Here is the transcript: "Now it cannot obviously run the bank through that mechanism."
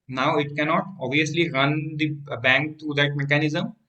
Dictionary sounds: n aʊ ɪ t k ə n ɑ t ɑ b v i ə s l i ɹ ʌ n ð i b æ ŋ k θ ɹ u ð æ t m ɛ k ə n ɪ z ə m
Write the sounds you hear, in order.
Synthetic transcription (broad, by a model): n aʊ ɪ t k ə n ɑ t ɑ b v i ə s l i ɹ ʌ n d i b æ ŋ k t ɹ u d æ t m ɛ k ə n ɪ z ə m